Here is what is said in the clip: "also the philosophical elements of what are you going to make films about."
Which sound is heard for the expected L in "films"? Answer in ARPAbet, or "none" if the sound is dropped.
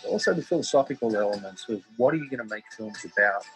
L